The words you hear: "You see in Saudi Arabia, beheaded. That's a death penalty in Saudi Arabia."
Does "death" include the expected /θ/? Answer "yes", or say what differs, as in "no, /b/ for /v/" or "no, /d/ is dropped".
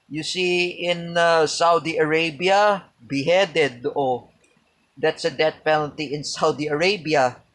no, /t/ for /θ/